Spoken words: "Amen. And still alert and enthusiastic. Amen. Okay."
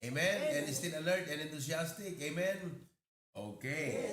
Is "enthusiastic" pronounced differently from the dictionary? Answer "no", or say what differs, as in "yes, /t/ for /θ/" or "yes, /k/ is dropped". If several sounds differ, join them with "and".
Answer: yes, /t/ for /θ/ and /s/ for /z/